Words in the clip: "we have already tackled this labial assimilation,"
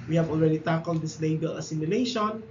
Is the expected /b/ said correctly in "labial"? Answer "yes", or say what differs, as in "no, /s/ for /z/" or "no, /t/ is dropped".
no, /b/ is dropped